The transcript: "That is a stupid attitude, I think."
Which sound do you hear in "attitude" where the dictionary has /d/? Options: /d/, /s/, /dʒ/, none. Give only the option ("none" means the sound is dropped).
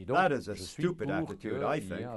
/d/